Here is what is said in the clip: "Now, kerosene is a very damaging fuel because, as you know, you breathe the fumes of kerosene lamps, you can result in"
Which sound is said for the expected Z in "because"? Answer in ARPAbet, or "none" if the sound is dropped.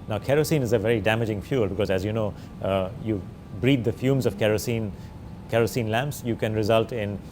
Z